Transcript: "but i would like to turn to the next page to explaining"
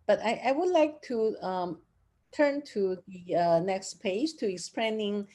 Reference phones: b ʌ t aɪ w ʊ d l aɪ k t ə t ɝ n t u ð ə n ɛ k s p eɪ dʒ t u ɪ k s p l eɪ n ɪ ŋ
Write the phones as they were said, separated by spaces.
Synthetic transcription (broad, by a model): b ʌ t aɪ w ʊ d l aɪ k t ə t ɝ n t u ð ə n ɛ k s p eɪ dʒ t u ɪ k s p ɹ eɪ n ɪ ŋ